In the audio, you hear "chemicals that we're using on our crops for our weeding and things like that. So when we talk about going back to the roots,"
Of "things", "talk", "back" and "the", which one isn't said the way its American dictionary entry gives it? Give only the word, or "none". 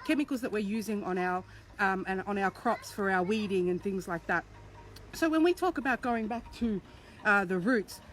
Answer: none